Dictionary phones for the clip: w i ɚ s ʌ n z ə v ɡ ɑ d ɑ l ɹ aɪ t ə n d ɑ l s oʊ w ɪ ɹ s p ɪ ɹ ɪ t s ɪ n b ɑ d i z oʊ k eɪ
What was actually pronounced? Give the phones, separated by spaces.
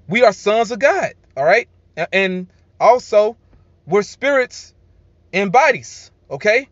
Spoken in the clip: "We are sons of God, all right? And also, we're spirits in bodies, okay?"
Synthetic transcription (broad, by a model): w i ɚ s ʌ n z ə v ɡ ɑ d ɑ l ɹ aɪ t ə n ɑ l s oʊ w ɪ ɹ s p ɪ ɹ ɪ t s ɪ n b ɑ d i z oʊ k eɪ